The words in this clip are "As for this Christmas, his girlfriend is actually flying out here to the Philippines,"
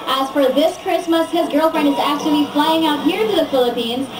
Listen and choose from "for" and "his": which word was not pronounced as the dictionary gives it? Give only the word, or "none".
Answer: none